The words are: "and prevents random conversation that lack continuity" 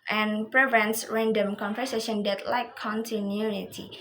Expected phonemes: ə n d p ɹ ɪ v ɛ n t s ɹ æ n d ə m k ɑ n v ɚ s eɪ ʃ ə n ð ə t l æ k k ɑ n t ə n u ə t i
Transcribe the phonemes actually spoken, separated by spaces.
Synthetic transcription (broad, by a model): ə n p ɹ ɪ v ɛ n t s ɹ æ n d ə m k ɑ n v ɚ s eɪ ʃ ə n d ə t l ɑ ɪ k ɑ n t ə n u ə t i